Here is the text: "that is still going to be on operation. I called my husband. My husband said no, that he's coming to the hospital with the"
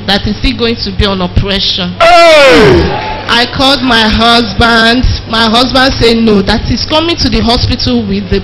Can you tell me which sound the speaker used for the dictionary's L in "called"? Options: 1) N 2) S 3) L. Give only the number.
3